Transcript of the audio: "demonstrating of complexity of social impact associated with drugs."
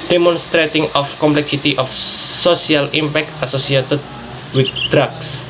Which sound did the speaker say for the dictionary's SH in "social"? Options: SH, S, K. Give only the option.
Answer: S